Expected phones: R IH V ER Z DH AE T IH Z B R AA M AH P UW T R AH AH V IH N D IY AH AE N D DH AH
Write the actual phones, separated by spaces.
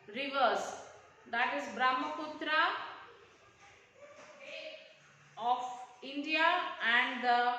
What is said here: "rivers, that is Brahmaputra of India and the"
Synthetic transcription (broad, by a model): R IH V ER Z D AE T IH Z B R AA M AH P UW T R AH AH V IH N D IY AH AE N D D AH